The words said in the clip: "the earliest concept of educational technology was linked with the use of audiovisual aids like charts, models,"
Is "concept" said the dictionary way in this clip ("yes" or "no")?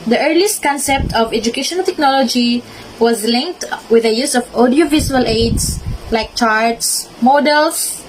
yes